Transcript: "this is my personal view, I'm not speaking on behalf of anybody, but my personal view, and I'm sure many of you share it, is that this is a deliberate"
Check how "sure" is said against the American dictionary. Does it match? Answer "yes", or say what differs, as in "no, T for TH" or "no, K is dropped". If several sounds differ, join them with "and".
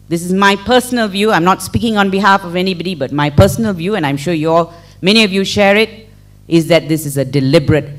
no, L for R